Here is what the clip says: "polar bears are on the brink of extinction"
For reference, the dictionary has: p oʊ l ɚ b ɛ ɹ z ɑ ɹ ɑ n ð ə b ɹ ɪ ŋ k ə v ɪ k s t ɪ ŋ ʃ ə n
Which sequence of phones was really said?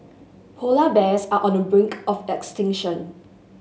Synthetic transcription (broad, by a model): p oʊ l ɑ b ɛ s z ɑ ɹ ɑ n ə b ɹ ɪ ŋ k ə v ɪ k s t ɪ ŋ ʃ ə n